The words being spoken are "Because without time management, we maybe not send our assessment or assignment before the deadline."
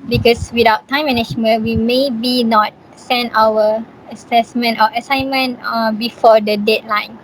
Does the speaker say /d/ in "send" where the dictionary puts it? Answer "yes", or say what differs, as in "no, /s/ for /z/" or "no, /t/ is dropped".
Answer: no, /d/ is dropped